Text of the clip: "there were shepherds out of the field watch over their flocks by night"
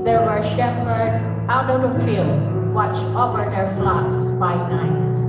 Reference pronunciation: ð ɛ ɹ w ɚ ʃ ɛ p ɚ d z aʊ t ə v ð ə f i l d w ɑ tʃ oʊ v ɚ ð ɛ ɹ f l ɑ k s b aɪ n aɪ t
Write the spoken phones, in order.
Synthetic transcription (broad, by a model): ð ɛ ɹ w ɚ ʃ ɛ b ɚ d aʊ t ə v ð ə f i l w ɑ tʃ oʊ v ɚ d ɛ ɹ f l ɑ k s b aɪ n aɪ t